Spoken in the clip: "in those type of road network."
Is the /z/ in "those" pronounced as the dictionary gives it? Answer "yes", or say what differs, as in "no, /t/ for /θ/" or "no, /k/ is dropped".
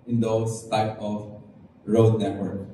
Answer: no, /s/ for /z/